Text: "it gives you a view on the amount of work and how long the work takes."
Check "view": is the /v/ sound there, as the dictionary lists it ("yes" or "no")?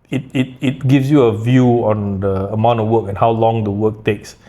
yes